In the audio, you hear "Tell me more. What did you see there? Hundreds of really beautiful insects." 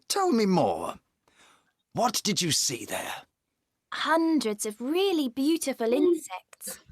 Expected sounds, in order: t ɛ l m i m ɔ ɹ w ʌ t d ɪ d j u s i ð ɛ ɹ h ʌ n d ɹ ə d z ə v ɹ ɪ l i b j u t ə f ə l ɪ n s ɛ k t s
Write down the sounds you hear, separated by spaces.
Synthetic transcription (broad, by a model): t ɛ l m i m ɔ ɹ w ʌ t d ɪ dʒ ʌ s i ð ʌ ɹ h ʌ n d ɹ ə d z ə v ɹ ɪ l i b j u t ə f ə l ɪ n s ɛ k t s